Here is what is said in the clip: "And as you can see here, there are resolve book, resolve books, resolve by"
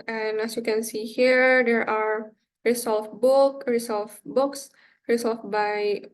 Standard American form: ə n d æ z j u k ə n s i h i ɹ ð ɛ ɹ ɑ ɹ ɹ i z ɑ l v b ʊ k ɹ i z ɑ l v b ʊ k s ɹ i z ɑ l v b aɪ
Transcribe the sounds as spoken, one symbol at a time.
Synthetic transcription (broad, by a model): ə n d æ s j u k ə n s i h i ɹ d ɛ ɹ ɑ ɹ ɹ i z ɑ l f b ʊ k ɹ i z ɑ l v b ʊ k s ɹ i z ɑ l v b aɪ